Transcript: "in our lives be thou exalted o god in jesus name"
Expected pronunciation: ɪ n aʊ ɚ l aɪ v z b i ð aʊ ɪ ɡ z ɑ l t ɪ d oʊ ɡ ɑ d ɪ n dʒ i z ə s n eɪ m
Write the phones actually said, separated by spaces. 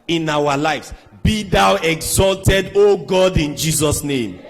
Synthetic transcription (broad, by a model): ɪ n aʊ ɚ l aɪ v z b i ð aʊ ɪ ɡ z ɑ l t ɪ d oʊ ɡ ɑ d ɪ n dʒ i z ə s n eɪ m